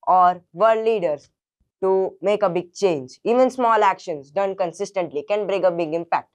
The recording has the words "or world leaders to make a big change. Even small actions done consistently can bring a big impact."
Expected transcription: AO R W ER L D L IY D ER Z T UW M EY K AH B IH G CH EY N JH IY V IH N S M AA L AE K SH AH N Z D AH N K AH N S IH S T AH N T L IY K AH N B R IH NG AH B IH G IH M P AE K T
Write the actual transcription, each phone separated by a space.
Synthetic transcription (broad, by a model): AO R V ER D L IY D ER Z T UW M EY K AH B IH G CH EY N JH IY V IH N S M AA L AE K SH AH N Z D AH N K AH N S IH S T AH N T L IY K AH N B R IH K AH B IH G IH M P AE K T